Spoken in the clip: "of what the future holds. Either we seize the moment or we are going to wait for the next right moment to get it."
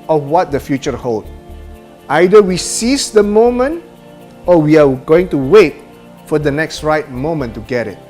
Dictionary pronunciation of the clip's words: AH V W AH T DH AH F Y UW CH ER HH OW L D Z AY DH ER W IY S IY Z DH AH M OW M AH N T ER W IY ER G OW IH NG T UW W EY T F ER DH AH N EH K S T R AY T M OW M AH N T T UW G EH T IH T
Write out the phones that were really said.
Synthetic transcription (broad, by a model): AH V W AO T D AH F Y UW CH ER HH OW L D AY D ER W IY S IY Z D AH M OW M AH N T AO W IY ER G OW IH NG T UW W EY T F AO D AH N EH K S T R AY T M OW M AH N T T UW G EH T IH T